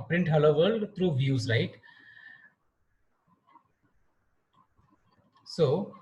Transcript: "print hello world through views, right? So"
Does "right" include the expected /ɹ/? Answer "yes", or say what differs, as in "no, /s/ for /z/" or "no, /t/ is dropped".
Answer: no, /l/ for /ɹ/